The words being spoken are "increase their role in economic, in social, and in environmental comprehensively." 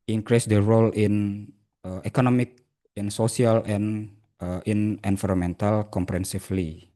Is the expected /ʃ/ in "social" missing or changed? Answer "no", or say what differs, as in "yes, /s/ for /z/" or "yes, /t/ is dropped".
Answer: yes, /s/ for /ʃ/